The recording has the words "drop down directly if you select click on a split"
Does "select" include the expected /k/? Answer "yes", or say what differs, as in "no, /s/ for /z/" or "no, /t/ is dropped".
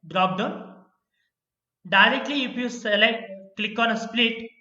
no, /k/ is dropped